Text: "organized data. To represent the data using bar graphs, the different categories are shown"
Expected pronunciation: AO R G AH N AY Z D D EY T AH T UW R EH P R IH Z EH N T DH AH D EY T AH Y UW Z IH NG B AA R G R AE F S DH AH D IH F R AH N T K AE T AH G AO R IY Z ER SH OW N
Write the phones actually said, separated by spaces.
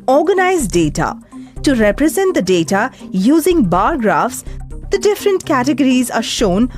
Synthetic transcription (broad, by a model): AO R G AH N AY Z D D EY T AH T UW R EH P R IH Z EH N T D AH D EY T AH Y UW Z IH NG B AA R G R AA F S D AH D IH F R AH N T K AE T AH G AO R IY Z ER SH OW N